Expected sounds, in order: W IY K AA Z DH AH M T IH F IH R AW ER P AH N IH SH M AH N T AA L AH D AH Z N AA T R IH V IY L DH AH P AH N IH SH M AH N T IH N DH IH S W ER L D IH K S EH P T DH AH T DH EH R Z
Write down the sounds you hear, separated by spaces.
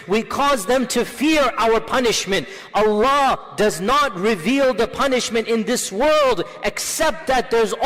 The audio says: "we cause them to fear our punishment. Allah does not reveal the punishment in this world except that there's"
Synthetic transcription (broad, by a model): W IY K AA Z DH AH M T IH F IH R AW ER P AH N IH SH M AH N T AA L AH D AH Z N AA T R IH V IY L DH AH P AH N IH SH M AH N T IH N DH IH S W ER L D IH K S EH P T DH AH T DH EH R Z